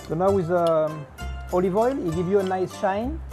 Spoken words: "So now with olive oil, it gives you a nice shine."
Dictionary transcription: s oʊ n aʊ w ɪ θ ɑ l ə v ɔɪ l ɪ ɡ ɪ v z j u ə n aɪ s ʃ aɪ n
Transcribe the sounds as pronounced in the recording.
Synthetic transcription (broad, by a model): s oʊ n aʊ w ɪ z ɑ l ə v ɔɪ l ɪ ɡ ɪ v j u ə n aɪ s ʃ aɪ n